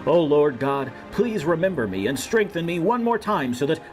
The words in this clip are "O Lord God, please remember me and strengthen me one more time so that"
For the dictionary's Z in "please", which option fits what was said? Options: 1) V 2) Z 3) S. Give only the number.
2